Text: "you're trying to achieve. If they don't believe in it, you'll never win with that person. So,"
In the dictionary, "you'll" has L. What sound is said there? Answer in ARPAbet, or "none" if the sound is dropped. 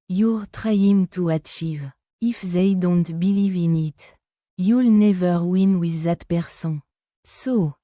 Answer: L